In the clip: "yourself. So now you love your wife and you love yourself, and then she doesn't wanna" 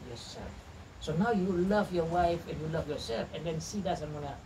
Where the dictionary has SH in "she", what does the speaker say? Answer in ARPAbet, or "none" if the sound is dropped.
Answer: S